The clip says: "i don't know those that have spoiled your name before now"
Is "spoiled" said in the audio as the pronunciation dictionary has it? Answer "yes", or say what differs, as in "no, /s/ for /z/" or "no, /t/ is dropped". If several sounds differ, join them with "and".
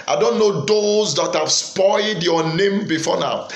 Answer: yes